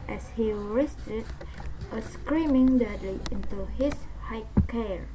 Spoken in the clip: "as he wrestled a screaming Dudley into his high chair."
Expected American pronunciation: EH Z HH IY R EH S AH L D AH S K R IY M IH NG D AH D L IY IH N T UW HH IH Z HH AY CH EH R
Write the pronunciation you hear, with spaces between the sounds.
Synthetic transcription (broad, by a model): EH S HH IY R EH S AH D AH S K R IY M IH NG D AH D L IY IH N T UW HH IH S HH AY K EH R